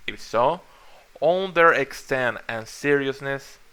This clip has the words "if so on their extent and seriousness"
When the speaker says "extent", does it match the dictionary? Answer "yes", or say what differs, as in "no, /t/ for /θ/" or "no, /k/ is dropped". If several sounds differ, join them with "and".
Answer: yes